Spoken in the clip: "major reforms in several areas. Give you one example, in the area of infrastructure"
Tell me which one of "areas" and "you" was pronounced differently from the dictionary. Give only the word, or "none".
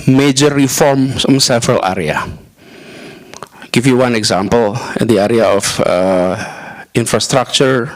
areas